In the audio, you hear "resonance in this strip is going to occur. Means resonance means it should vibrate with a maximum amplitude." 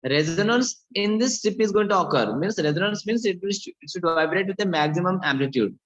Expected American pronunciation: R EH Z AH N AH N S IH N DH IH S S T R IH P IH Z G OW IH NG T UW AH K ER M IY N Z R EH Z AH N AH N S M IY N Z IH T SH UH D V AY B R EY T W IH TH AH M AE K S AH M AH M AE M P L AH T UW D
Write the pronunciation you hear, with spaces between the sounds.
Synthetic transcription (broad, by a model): R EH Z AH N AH N S IH N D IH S S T IH P IH Z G OW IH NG T UW AH K ER M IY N S R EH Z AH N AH N S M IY N S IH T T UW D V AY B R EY T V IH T AH M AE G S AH M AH M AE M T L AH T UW D